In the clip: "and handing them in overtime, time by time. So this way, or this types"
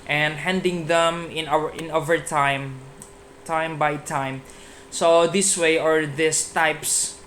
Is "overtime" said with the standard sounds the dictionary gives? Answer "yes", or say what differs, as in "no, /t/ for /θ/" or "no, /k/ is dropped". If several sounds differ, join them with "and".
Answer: yes